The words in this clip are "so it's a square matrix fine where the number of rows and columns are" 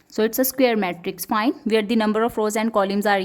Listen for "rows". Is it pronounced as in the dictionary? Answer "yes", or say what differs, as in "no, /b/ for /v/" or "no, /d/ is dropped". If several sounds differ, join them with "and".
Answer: yes